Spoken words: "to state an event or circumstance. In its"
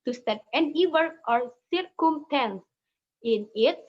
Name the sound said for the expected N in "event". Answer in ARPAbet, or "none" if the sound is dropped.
none